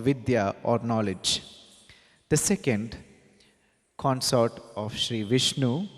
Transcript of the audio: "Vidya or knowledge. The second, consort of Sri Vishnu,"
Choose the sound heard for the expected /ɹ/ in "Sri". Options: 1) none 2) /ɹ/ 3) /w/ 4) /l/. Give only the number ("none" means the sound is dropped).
2